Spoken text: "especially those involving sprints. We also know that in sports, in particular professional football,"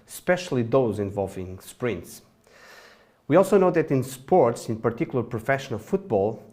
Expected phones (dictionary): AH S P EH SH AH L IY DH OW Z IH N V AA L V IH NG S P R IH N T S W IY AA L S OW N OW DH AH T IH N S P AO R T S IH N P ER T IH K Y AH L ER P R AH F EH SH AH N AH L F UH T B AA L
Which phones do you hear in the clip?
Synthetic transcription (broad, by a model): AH S P EH SH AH L IY DH OW Z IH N V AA L V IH NG S P R IH N T S W IY AA L S OW N OW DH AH T IH N S P AO R T S IH N P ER T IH K Y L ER P R AH F EH SH AH N AH L F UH T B AA L